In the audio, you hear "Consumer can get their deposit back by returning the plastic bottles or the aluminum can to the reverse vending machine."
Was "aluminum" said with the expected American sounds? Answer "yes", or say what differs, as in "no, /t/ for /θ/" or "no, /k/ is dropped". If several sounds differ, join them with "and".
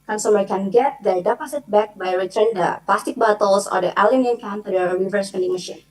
no, /n/ is dropped